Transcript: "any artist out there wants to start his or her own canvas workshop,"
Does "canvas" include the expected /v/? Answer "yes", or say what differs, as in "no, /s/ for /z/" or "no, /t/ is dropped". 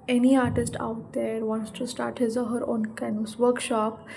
no, /v/ is dropped